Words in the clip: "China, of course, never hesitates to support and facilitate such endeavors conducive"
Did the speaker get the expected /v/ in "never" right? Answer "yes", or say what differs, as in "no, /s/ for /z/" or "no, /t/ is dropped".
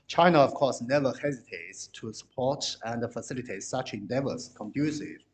yes